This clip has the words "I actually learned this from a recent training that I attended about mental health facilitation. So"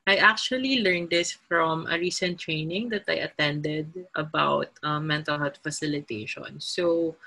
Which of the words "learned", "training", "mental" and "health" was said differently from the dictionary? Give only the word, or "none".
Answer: health